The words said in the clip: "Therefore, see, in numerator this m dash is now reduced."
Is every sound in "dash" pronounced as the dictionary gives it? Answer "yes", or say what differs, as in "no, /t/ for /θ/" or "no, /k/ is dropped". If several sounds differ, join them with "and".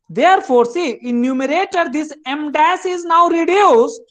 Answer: no, /s/ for /ʃ/